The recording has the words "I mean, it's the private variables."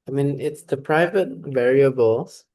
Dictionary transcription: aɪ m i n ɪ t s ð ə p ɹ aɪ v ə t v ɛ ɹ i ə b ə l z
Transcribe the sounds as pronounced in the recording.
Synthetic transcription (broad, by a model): aɪ m i n ɪ t s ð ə p ɹ aɪ v ə t v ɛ ɹ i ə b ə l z